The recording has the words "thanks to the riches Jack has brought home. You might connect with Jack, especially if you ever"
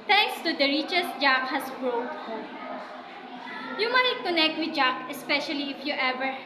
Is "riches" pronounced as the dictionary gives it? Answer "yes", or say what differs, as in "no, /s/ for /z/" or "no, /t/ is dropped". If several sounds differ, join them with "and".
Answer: no, /s/ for /z/